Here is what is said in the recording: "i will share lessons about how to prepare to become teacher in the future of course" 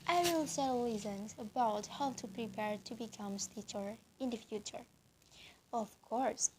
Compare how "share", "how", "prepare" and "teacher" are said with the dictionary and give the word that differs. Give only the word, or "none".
share